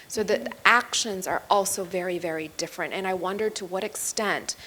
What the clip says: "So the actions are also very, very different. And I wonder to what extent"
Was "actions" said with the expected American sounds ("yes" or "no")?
yes